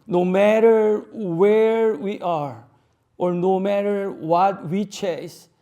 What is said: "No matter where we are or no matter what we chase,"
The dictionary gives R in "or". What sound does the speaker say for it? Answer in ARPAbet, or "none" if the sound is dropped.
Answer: R